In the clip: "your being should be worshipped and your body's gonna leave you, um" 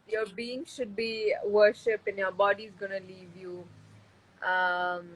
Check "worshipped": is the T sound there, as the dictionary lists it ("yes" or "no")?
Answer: no